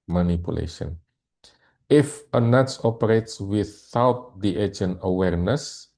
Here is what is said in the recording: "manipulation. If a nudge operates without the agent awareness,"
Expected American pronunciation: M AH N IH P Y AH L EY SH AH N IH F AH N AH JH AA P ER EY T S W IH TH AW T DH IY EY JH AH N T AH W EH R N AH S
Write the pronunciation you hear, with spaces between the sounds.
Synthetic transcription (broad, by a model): M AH N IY P Y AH L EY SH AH N IH F AH N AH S AA P ER EY T S W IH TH AW T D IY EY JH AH N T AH W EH R N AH S